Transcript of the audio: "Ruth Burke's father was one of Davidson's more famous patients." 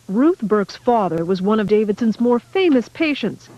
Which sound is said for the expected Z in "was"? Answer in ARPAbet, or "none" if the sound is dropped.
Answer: Z